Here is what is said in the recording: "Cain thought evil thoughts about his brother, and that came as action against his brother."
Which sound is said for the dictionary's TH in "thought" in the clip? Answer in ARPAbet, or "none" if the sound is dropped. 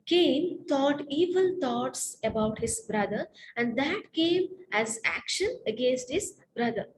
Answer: T